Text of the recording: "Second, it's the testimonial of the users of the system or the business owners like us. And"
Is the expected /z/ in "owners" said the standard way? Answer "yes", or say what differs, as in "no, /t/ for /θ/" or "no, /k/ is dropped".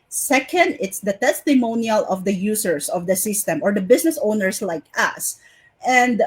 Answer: no, /s/ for /z/